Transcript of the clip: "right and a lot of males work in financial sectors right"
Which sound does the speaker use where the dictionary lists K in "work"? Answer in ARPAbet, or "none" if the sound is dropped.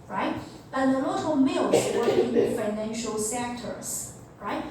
none